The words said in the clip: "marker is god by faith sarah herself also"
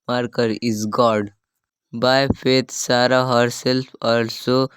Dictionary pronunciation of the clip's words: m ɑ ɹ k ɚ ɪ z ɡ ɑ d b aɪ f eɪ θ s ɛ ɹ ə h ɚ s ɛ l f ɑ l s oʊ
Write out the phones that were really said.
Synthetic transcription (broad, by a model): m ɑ ɹ k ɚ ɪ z ɡ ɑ d b aɪ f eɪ t s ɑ ɹ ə h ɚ s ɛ l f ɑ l s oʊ